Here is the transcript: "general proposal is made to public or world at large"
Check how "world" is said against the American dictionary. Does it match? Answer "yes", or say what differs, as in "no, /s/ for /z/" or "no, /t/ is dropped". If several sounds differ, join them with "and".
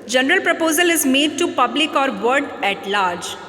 no, /l/ is dropped